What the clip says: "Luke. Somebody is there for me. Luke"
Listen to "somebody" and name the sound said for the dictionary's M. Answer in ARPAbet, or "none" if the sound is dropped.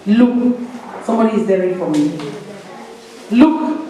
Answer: M